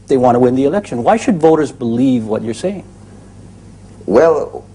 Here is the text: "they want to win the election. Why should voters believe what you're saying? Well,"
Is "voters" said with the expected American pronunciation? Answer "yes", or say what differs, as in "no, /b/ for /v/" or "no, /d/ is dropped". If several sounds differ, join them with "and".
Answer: yes